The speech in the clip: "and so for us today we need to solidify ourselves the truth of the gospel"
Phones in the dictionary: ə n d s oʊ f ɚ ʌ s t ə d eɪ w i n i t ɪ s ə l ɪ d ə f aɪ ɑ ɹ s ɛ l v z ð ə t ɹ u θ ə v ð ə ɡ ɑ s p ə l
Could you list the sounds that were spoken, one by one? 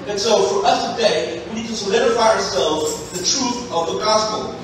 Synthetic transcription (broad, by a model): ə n s oʊ f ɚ ʌ s t ə d eɪ w i n i t ɪ s ə l ɪ d ə f aɪ ɑ ɹ s ɛ l v z ð ə t ɹ u θ ə v ð ə ɡ ɑ s p l